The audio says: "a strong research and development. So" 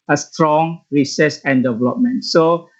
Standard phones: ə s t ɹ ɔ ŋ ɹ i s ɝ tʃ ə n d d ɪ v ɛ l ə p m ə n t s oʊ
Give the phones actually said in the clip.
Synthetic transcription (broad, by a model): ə s t ɹ ɔ ŋ ɹ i s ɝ s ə n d d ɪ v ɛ l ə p m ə n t s oʊ